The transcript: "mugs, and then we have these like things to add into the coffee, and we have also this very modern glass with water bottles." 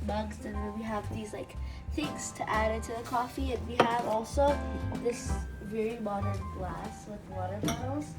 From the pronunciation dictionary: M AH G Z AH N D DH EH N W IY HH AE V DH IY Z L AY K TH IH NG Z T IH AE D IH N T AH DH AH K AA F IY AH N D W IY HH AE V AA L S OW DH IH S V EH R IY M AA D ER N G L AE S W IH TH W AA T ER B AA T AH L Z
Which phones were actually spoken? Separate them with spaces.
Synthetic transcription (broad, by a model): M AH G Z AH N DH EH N W IY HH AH V DH IY Z L AY K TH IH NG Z T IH AE D IH N T AH DH AH K AA F IY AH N W IY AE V AA L S OW DH IH S V EH R IY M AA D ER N G L AE S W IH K W AA T ER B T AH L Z